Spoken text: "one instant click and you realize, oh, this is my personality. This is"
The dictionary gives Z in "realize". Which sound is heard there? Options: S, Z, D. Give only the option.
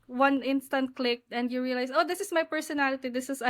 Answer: S